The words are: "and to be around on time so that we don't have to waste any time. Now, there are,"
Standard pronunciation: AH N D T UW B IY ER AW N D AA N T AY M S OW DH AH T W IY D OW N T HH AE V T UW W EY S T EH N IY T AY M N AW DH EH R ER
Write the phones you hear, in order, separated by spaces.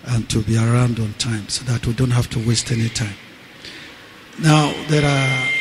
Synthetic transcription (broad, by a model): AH N T UW B IY ER AW N D AA N T AY M S OW DH AH T W IY D OW N T HH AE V T UW W EY S T EH N IY T AY M N AW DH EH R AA